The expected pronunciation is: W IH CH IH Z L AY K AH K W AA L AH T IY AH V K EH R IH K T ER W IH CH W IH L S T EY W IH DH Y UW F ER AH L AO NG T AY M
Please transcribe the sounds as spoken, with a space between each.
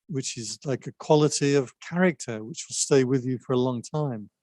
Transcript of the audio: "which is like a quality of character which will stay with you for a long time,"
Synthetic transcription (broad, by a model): W IH CH IH Z L AY K AH K W AA L AH T IY AH V K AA R IH K T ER W IH CH W IH L S T EY W IH DH Y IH F ER AH L AO NG T AY M